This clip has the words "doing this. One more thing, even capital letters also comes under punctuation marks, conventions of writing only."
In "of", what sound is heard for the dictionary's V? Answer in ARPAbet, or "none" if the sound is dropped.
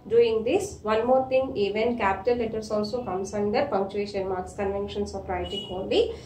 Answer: P